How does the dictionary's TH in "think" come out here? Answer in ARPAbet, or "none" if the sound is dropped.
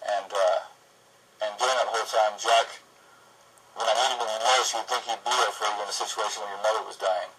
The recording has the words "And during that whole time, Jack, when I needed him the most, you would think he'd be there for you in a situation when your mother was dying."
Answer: TH